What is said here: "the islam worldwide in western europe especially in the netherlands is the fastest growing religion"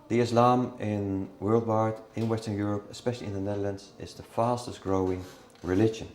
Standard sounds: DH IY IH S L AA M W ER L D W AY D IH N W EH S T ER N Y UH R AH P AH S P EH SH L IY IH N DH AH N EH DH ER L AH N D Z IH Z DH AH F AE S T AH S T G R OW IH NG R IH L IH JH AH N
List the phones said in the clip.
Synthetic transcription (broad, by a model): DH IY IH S L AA M W ER L D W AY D IH N W EH S T ER N Y UH R AH P AH S P EH SH L IY IH N DH AH N EH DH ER L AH N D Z IH Z DH AH F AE S T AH S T G R OW IH NG R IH L IH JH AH N